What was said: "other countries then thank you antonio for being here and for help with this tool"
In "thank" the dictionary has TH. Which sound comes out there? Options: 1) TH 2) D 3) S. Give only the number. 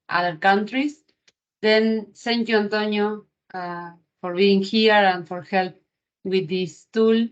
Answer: 3